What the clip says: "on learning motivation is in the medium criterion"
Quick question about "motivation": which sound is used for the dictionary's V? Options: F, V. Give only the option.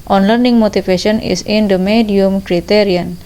F